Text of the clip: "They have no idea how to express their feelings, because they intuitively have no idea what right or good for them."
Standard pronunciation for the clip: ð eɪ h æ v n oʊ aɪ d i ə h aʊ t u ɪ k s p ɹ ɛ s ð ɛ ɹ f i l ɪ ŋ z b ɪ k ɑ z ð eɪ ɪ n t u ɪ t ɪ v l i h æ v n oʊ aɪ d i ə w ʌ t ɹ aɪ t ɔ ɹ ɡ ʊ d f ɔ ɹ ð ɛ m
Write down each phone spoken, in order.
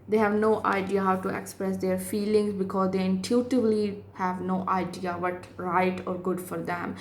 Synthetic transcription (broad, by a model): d eɪ h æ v n oʊ aɪ d i ə h aʊ t u ɪ k s p ɹ ɛ s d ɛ ɹ f i l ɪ ŋ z b ɪ k ɑ z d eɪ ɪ n t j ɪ t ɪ b l i h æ v n oʊ aɪ d i ə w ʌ t ɹ aɪ t ɔ ɹ ɡ ʊ d f ɔ ɹ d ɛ m